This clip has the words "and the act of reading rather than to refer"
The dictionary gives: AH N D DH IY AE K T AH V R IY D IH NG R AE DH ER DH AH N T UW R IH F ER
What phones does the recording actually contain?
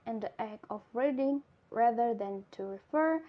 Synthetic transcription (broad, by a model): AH N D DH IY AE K AH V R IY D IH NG R AE DH ER DH AH N T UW R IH F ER